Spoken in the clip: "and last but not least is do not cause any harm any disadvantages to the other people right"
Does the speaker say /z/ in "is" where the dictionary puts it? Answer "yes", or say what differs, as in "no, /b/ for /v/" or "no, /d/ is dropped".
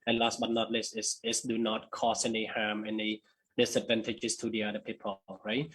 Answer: no, /s/ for /z/